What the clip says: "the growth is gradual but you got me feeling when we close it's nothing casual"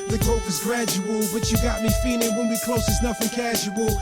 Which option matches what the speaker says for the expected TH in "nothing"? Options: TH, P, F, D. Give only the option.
F